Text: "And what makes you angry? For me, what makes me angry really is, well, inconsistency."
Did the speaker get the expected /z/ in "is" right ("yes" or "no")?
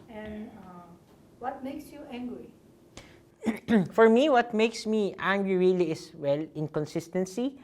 no